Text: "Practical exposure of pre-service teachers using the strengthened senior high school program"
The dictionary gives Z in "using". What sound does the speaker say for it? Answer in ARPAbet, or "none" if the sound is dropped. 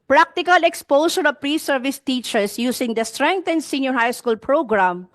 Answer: S